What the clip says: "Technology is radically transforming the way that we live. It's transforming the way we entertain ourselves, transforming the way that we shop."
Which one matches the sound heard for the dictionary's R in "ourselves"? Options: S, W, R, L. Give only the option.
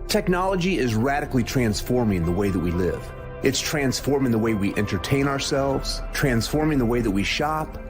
R